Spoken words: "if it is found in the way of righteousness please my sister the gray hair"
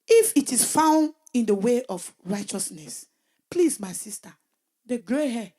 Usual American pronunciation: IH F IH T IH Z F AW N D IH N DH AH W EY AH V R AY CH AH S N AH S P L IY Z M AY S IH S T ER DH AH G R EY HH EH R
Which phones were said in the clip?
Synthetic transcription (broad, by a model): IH F IH T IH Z F AW N D IH N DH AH W EY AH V R AY CH AH S N AH S P L IY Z M AY S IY S T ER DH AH G R EY HH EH